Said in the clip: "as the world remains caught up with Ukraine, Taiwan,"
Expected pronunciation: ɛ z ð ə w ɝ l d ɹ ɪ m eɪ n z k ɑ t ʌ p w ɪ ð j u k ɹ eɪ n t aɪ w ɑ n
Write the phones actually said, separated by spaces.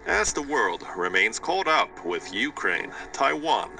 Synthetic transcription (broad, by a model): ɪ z ð ə w ɝ l d ɹ ɪ m eɪ n z k ɑ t ʌ p w ɪ ð j u k ɹ eɪ n t aɪ w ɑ n